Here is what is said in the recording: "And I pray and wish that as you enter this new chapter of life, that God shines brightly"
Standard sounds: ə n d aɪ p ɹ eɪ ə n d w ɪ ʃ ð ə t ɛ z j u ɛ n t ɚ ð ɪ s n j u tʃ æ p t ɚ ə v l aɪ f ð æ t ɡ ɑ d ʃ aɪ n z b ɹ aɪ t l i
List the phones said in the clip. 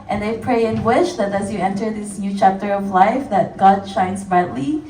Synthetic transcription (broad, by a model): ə n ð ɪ p ɹ eɪ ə n w ɪ ʃ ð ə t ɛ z j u ɛ n t ɚ ð ɪ s n j u tʃ æ p t ɚ ə v l aɪ f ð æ t ɡ ɑ d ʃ aɪ n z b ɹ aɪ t l i